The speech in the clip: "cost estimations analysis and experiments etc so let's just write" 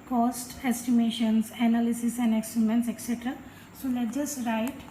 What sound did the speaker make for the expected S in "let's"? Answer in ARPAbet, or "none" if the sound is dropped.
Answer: none